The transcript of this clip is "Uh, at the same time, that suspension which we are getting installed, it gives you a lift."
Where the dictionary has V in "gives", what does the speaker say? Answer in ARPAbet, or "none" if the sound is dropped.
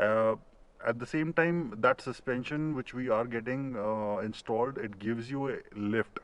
V